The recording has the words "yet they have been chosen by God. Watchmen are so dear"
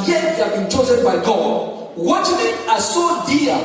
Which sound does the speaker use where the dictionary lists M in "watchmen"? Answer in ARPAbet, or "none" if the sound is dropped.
none